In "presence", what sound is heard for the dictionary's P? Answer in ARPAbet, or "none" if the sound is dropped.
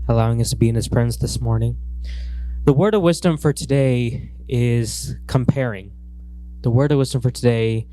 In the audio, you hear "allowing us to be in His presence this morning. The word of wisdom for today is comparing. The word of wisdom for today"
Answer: F